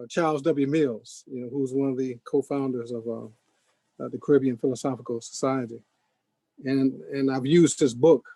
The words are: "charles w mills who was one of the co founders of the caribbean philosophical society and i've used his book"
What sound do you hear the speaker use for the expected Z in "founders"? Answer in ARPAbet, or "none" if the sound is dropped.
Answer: Z